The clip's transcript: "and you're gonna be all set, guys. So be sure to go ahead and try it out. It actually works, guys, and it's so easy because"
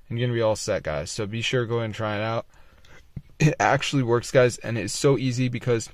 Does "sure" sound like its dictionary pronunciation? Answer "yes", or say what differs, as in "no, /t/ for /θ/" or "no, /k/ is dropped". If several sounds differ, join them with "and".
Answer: yes